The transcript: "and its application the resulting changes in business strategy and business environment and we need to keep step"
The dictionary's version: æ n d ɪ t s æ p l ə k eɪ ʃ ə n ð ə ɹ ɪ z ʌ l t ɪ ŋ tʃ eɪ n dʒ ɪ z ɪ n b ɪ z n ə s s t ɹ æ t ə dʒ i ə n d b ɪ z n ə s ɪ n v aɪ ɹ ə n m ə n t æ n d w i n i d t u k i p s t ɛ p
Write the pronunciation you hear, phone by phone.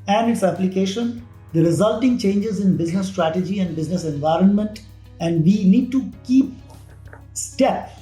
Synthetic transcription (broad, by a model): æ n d ɪ t s æ p l ə k eɪ ʃ ə n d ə ɹ ɪ z ʌ l t ɪ ŋ tʃ eɪ n dʒ ɪ z ɪ n b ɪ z n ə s s t ɹ æ t ə dʒ i ə n d b ɪ z n ə s ɪ n v aɪ ɹ ə n m ə n t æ n d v i n i d t u k i p s t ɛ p